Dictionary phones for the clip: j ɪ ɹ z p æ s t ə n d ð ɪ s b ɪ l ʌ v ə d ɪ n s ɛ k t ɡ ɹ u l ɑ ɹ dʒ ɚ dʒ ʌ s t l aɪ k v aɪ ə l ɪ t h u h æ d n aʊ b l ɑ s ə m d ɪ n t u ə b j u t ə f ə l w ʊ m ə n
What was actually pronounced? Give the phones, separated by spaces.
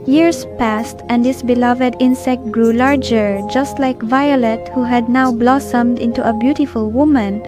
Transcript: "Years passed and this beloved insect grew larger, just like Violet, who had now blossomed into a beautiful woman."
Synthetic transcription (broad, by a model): j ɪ ɹ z p æ s t ə n d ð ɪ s b ɪ l ʌ v ə d ɪ n s ɛ k t ɡ ɹ u l ɑ ɹ dʒ ɚ dʒ ʌ s t l aɪ k v aɪ ə l ɪ t h u h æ d n aʊ b l ɑ s ə m d ɪ n t u ə b j u t ə f ə l w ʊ m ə n